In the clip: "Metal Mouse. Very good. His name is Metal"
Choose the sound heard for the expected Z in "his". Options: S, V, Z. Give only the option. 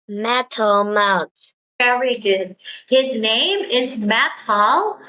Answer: Z